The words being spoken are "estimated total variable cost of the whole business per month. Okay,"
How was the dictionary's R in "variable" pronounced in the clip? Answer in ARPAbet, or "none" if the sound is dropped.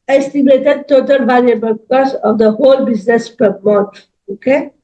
L